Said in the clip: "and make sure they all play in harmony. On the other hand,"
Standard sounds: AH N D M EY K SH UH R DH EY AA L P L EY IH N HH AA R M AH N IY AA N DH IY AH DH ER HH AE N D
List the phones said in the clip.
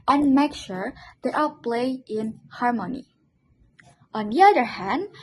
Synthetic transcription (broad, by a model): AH N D M EY K SH UH R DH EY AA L P L EY IH N HH AA R M AH N IY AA N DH IY AH DH ER HH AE N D